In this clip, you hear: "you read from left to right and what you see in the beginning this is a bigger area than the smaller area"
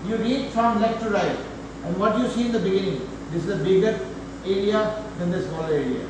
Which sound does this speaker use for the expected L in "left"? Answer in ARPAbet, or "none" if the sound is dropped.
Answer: N